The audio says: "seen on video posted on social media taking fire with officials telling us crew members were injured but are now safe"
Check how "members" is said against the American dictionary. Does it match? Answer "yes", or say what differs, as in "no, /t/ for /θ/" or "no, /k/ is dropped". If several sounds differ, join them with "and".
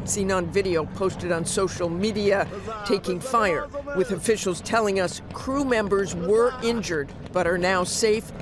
yes